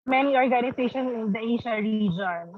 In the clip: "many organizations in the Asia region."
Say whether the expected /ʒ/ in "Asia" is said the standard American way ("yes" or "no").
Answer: no